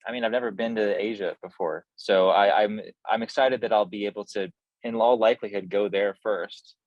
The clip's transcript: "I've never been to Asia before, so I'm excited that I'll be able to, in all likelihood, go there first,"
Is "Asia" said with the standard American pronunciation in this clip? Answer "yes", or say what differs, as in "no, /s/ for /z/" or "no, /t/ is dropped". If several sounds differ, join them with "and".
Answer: yes